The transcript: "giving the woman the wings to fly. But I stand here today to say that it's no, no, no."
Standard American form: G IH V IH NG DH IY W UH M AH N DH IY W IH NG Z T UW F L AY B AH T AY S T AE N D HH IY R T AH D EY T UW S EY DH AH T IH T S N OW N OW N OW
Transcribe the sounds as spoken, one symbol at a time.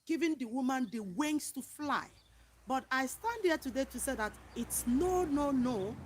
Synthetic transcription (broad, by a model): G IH V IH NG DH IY W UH M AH N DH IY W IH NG S T UW F L AY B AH T AY S T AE N D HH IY T AH D EY T UW S EY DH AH T IH T S N OW N OW N OW